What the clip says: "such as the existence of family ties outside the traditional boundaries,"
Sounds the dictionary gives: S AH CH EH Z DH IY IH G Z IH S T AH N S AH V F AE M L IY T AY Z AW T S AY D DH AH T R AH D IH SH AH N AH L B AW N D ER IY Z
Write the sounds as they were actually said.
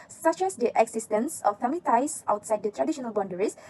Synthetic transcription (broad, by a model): S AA CH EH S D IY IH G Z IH S T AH N S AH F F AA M IY T AY S AW T S AY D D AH T R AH D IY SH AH N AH L B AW N D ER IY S